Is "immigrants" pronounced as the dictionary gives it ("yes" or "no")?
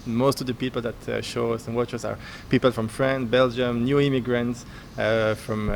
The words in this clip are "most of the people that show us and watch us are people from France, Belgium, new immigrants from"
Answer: yes